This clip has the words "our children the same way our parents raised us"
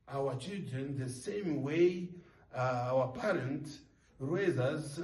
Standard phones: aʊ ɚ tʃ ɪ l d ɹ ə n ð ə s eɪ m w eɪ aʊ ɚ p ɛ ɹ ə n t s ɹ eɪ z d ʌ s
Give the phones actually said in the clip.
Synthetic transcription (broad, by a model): aʊ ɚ tʃ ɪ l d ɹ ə n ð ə s eɪ m w eɪ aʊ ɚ p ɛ ɹ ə n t ɹ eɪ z ʌ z